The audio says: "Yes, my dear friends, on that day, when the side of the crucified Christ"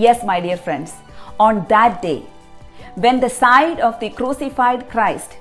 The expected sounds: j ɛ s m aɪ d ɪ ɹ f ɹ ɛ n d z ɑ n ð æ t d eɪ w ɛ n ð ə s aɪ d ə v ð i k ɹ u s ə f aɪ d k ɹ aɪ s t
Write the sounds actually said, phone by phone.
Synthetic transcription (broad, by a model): j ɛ s m aɪ d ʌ ɹ f ɹ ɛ n d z ɑ n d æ t d eɪ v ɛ n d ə s aɪ d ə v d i k ɹ u s ə f aɪ d k ɹ aɪ s t